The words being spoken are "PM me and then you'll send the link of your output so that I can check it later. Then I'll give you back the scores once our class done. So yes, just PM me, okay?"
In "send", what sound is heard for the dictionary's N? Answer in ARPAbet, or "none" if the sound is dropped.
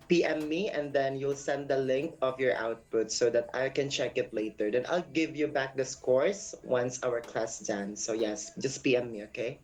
N